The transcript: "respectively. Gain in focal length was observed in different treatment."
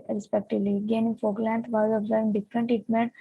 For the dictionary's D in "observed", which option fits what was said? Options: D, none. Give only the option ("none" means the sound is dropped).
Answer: none